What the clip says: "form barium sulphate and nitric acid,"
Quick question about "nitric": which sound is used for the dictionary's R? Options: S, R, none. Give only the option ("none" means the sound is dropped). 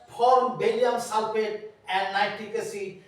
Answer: none